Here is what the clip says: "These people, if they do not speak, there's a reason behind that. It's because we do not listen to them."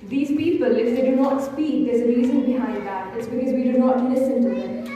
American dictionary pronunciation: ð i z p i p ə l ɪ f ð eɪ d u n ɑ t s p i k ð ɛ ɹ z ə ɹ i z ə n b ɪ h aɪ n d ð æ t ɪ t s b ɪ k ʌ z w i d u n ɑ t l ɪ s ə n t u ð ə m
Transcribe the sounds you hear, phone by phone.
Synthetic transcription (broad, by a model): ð i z p i p ə l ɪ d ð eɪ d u n ɑ t s p i k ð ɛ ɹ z ə ɹ i z ə n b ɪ h aɪ d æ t ɪ t s b ɪ k ʌ z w i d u n ɑ t l ɪ s ə n t u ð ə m